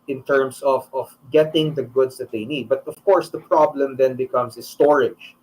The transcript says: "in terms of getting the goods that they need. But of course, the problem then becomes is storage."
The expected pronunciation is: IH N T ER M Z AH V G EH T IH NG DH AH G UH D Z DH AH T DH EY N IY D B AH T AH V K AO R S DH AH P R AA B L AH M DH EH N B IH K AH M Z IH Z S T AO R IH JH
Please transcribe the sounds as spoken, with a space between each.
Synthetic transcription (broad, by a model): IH N T ER M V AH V G EH T IH NG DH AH G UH D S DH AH T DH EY N IY D B AH T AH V K AO R S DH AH P R AA B L AH M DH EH N B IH K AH M S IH S T AO R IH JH